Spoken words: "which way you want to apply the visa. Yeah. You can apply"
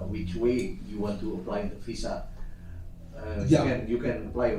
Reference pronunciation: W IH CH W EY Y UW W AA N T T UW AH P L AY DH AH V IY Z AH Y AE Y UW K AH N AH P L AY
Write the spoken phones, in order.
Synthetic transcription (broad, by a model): W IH CH W EY Y UW W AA N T T UW AH P L AY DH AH F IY S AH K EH Y UW K AH N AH P L AY